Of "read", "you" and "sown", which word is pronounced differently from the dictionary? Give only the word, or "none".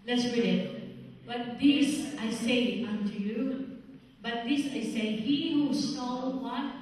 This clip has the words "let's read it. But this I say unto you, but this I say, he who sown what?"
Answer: sown